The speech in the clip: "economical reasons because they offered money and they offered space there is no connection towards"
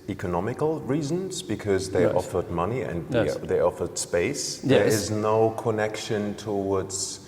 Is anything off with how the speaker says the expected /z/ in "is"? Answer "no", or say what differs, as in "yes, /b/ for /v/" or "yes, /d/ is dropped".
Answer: no